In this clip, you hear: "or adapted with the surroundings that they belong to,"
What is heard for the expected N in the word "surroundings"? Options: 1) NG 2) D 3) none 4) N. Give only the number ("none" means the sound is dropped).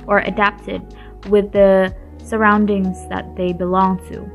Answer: 4